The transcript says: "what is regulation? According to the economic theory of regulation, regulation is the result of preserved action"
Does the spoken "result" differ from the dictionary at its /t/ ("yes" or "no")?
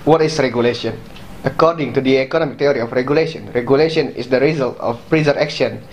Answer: no